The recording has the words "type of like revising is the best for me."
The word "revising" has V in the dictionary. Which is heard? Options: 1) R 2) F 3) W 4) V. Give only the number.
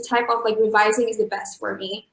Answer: 4